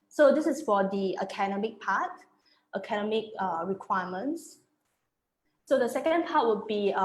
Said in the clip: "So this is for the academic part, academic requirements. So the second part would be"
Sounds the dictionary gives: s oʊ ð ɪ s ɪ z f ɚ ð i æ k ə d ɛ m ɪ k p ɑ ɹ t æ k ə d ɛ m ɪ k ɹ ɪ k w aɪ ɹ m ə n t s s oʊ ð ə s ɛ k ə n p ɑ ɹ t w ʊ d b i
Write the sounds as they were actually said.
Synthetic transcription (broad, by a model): s oʊ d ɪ s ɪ s f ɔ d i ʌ k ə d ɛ m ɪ k p ɑ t t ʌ k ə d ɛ m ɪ k ɹ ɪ k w aɪ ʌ m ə n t s s oʊ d ə s ɛ k ə n p ɑ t w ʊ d b i